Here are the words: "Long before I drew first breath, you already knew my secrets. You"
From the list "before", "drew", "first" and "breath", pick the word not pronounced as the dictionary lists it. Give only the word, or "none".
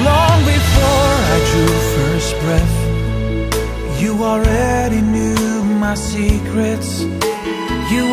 none